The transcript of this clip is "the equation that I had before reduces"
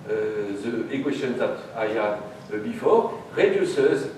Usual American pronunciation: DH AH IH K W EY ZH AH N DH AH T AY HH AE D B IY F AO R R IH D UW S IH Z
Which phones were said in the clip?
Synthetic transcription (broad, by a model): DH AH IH K W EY S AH N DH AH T AY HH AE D B IY F AO R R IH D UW S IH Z